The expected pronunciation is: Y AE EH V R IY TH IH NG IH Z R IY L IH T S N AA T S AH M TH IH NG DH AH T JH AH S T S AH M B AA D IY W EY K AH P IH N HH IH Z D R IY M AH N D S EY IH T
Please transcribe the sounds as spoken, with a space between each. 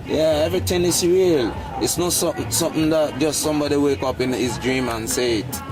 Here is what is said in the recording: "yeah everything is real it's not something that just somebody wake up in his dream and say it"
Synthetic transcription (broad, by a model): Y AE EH V R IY T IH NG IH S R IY L IH T S N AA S S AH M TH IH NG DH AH T JH AH S T S AH M B AA D IY W EY K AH P IH N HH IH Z D R IY M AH N S EY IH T